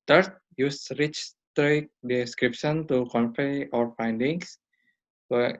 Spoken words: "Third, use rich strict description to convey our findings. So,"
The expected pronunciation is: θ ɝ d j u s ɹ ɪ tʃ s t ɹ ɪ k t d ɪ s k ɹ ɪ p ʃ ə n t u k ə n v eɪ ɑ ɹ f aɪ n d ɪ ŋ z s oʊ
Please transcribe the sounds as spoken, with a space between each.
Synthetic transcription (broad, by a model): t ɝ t j u s ɹ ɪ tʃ s t ɹ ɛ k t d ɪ s k ɹ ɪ p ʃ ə n t u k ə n f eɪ ɑ ɹ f aɪ n d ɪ ŋ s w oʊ